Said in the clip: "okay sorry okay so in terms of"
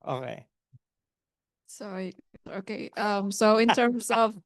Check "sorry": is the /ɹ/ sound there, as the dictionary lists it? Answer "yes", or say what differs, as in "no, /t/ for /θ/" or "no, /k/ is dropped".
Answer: no, /ɹ/ is dropped